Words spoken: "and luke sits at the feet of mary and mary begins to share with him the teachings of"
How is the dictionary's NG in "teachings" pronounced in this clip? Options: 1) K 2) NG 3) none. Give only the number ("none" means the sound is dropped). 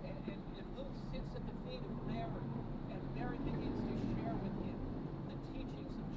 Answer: 2